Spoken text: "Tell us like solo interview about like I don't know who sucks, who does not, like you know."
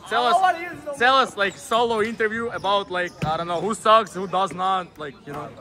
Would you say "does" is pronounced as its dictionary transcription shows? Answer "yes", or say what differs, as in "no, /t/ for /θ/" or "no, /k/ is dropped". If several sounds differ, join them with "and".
yes